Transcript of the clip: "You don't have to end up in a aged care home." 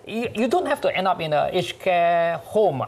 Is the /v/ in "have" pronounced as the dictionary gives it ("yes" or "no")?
no